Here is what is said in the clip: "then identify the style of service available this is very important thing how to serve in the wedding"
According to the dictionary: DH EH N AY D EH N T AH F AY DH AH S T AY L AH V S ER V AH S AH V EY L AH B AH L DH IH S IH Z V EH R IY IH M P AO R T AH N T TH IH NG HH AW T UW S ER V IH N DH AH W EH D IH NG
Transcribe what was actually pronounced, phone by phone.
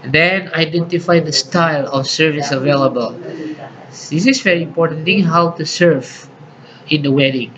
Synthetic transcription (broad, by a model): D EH N AY D EH N T AH F AY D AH S T AY L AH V S ER V AH S AH V EY L AH B AH L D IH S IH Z V EH R IY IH M P AO R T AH N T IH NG HH AW T UW S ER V IH N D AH W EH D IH NG